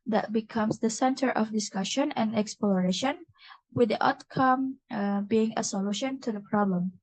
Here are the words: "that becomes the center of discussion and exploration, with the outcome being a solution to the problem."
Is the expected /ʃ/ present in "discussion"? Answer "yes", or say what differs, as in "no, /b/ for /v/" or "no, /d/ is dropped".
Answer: yes